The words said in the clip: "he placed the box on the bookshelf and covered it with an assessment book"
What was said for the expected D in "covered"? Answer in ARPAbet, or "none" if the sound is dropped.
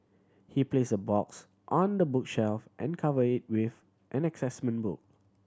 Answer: none